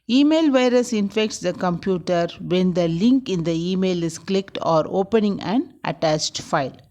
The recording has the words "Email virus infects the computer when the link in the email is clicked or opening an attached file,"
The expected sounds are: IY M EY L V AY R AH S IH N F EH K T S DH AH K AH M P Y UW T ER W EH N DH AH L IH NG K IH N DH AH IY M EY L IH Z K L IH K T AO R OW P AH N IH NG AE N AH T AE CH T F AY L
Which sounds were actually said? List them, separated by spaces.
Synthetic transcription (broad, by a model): IY M EY L V AY R AH S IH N F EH K T S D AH K AH M P Y UW T ER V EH N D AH L IH NG K IH N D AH IY M EY L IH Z K L IH K T AO R OW P AH N IH NG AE N AH T AE CH T F AY L